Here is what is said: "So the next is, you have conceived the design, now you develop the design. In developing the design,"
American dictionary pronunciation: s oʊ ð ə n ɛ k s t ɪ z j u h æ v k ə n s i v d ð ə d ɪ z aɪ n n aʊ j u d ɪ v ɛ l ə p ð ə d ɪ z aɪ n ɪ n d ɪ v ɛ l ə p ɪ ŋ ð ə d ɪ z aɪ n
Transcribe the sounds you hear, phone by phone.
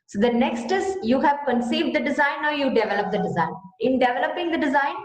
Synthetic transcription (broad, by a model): s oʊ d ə n ɛ k s t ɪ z j u h æ v k ə n s i v d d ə d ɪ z aɪ n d j u d ɪ v ɛ l ə p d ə d ɪ z aɪ n ɪ n d ɪ v ɛ l ə p ɪ ŋ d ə d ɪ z aɪ n